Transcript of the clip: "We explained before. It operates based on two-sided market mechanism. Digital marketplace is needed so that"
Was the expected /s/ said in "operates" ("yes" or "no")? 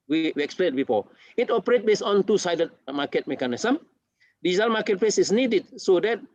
no